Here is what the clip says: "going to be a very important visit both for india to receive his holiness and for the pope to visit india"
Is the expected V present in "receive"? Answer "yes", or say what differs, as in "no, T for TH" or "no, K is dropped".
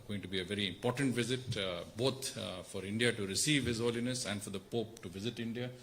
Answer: yes